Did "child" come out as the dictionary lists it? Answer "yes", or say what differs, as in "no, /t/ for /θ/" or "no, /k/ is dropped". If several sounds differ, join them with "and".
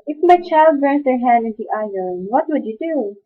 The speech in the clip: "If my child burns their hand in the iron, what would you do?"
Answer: yes